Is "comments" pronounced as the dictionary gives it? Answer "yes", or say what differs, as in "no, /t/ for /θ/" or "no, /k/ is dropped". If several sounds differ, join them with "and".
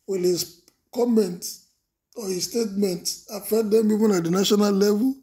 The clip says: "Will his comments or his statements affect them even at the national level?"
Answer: no, /s/ is dropped